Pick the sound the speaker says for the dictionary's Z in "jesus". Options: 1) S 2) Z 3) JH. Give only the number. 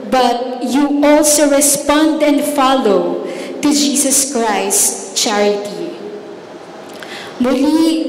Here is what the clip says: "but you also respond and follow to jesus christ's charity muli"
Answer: 1